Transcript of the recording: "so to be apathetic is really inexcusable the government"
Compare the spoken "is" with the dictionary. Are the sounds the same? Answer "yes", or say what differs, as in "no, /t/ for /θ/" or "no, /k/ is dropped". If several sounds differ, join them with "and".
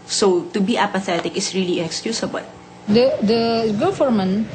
no, /s/ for /z/